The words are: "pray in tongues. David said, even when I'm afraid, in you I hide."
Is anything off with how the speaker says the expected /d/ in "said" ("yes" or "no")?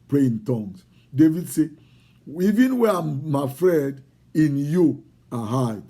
yes